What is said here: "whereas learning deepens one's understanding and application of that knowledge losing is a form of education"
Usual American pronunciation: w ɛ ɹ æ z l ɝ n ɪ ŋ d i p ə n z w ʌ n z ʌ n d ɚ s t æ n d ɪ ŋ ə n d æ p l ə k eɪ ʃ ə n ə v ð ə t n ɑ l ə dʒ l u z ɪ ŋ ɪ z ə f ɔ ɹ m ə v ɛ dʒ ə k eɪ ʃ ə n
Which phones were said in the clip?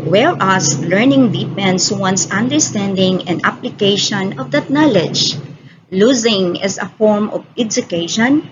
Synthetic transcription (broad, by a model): w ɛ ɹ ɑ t l ɝ n ɪ ŋ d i p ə n s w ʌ n s ʌ n d ɚ s t æ n d ɪ ŋ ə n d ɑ p l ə k eɪ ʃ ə n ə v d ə t n ɑ l ə dʒ l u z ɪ ŋ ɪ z ə f ɔ ɹ m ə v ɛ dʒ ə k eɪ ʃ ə n